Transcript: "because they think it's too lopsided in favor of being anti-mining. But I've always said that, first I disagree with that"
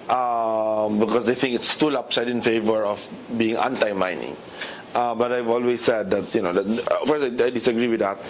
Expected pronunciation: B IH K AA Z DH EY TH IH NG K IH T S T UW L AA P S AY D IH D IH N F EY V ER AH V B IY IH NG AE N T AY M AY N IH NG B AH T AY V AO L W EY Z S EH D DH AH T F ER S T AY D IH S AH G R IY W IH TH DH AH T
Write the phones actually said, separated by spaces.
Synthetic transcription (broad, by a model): B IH K AA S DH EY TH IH NG K IH T S T UW L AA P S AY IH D IH N F EY V ER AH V B IY IH NG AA N T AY M AY N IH NG B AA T AY V AO L W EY S EH D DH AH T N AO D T AY D IH S AH G R IY W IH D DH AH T